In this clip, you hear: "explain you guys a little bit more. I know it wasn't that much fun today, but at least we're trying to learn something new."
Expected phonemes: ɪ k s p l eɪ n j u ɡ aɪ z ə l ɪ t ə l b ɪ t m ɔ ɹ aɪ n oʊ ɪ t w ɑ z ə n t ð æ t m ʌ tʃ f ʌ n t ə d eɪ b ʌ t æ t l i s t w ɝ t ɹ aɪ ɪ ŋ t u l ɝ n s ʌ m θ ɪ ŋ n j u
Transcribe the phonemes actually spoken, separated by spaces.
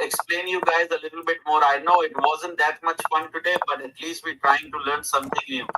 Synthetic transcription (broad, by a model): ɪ k s p l eɪ n j u ɡ aɪ z ə l ɪ t ə l b ɪ t m ɔ ɹ aɪ n oʊ ɪ t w ɑ z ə n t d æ t m ʌ tʃ f ʌ n t ə d eɪ b ʌ t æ t l i s t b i t ɹ aɪ ɪ ŋ t u l ɝ n s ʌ m t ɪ ŋ n j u